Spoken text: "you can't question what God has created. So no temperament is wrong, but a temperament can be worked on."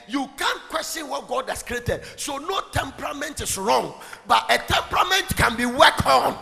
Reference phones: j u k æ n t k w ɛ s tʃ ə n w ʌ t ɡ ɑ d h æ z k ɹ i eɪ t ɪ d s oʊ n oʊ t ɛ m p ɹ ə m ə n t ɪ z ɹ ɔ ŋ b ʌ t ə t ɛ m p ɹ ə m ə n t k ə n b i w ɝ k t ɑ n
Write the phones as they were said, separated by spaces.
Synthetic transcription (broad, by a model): j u k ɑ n k w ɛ s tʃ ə n w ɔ t ɡ ɑ d h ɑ s k ɹ i eɪ t ɪ d s oʊ n oʊ t ɛ m p ɹ ə m ə n t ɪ s ɹ ɔ ŋ b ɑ t ə t ɛ m p ɹ ə m ə n t k ə n b i w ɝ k ɑ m